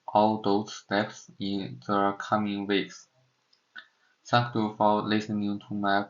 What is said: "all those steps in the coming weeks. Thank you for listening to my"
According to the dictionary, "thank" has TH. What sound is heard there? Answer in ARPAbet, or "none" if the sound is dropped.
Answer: S